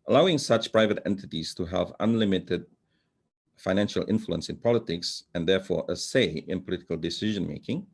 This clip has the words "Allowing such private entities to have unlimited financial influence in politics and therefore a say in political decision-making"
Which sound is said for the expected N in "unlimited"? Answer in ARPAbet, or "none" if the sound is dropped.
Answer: N